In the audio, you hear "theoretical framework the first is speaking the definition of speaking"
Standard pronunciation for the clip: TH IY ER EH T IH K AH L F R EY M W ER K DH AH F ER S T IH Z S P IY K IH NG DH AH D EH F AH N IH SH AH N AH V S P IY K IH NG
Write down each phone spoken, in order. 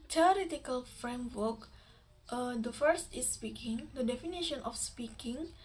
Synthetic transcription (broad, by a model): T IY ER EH T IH K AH L F R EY M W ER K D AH F ER S T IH S P IY K IH NG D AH D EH F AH N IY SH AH N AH F S P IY K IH NG